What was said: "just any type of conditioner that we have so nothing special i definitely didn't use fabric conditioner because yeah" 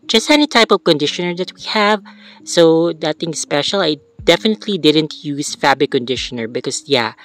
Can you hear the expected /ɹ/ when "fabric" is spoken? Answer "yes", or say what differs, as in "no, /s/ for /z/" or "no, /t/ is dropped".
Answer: no, /ɹ/ is dropped